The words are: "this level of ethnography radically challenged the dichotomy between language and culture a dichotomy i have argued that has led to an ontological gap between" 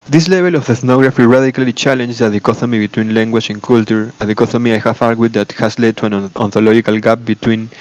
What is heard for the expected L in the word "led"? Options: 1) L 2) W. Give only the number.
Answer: 1